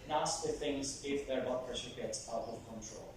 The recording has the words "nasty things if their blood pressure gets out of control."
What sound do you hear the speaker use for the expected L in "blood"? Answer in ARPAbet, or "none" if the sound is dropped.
none